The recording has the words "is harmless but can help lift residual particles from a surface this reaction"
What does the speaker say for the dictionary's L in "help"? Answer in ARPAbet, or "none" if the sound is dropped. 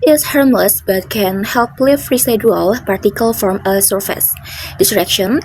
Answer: L